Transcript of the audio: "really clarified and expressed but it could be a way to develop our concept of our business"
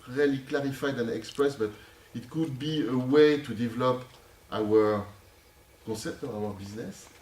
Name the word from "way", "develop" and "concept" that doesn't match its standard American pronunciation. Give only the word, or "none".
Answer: concept